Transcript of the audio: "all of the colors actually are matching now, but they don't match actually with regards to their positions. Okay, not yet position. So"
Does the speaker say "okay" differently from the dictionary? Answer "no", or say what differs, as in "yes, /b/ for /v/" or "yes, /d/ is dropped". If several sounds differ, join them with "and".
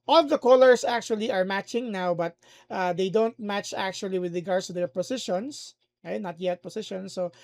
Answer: yes, /k/ is dropped